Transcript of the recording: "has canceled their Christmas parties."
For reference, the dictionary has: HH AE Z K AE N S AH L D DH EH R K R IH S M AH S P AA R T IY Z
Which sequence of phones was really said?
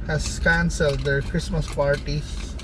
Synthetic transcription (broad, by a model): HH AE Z K AE N S AH L D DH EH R K R IH S M AH S P AA R T IY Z